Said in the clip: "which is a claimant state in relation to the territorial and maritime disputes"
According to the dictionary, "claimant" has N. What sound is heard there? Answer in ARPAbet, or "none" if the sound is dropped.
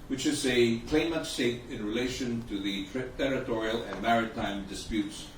none